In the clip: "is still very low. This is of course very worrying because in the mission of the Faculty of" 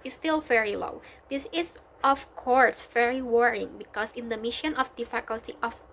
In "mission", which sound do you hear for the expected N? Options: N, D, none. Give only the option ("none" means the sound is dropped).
N